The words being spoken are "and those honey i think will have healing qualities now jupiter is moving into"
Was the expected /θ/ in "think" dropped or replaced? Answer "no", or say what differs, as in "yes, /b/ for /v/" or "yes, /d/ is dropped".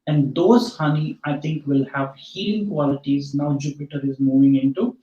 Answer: yes, /t/ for /θ/